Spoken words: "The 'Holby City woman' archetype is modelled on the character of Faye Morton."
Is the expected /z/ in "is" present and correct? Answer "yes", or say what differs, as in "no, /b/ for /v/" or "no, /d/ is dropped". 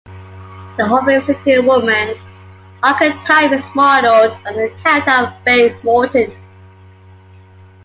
no, /s/ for /z/